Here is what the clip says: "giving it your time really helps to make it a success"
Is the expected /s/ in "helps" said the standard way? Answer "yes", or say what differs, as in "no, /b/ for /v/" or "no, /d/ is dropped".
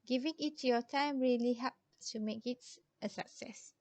no, /s/ is dropped